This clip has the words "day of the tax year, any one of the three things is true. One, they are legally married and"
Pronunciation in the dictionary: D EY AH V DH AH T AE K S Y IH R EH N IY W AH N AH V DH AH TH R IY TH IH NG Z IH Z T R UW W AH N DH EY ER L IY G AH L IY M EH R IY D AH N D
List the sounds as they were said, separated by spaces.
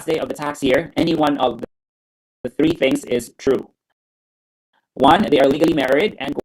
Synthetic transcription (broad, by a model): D EY AH V DH AH T AE K S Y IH R EH N IY W AH N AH V DH AH TH R IY TH IH NG Z IH Z T R UW W AH N DH EY ER L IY G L IY M EH R IY D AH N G